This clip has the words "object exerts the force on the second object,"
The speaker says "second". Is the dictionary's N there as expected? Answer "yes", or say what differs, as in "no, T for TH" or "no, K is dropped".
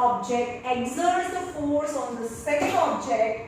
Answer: no, L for N